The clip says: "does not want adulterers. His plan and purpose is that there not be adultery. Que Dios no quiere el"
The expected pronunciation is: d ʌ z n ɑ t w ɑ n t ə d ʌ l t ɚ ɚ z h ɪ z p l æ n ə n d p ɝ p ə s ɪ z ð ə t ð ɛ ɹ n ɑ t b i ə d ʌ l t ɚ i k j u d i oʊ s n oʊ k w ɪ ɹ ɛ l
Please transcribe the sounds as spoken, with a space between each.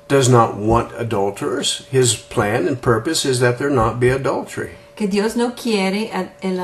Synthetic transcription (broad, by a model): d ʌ z n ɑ t w ɑ n t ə d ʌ l t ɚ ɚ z h ɪ z p l æ n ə n p ɝ p ə s ɪ z ð ə t ð ɛ ɹ n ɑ t b i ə d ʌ l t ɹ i k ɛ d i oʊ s n oʊ k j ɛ ɹ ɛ l